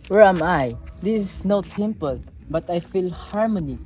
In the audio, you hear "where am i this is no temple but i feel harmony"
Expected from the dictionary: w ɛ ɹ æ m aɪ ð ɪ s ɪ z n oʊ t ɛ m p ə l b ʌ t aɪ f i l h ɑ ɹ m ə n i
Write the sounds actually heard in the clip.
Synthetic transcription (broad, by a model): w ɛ ɹ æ m aɪ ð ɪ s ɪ s n oʊ t ɛ m p ə l b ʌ t aɪ f i l h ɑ ɹ m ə n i